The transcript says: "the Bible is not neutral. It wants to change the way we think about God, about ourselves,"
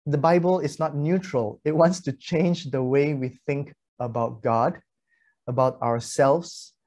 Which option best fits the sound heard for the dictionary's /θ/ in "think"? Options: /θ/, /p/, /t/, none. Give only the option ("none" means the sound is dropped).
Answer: /θ/